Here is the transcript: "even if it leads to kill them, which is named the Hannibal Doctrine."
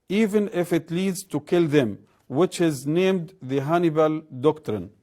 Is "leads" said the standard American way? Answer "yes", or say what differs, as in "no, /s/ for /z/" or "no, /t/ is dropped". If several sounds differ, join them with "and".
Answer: yes